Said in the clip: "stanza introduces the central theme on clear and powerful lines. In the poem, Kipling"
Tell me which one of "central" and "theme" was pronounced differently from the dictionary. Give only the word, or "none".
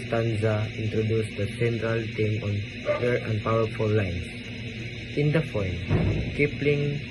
theme